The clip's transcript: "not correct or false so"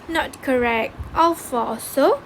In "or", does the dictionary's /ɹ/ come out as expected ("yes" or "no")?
no